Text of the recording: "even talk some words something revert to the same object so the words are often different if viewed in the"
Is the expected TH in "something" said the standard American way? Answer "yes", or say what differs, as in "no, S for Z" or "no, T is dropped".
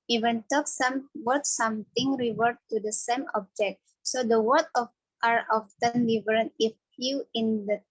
no, T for TH